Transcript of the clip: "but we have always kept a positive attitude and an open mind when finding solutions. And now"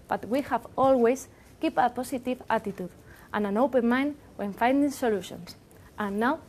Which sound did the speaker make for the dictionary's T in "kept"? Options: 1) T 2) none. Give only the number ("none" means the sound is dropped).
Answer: 2